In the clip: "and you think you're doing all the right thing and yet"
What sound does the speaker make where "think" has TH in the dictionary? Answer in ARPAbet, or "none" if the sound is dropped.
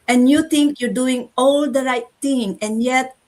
T